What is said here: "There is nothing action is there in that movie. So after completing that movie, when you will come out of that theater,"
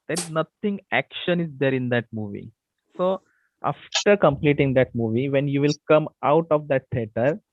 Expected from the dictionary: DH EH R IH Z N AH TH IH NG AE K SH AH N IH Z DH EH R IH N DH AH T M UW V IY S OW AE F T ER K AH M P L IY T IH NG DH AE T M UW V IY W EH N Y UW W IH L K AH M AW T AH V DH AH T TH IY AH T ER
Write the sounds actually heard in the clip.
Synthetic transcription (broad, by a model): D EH R IH Z N AH T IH NG AE K SH AH N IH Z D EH R IH N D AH T M UW V IY S OW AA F T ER K AH M P L IY T IH NG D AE T M UW V IY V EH N Y UW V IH L K AH M AW T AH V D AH T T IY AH T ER